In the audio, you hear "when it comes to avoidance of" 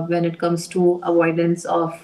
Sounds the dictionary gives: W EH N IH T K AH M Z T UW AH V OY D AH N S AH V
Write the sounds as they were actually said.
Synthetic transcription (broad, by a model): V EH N IH T K AH M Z T UW AH V OY D AH N S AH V